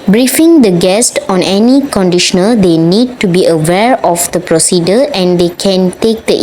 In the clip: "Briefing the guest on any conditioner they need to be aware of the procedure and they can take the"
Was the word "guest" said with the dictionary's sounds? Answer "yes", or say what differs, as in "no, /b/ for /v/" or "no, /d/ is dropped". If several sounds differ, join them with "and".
yes